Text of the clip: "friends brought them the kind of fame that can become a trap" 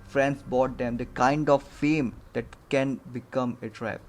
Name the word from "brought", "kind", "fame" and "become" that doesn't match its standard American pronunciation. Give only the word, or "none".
brought